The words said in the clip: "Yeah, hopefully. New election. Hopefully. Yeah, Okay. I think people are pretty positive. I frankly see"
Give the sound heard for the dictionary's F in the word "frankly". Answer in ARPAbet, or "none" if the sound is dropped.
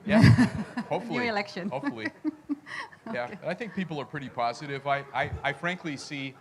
F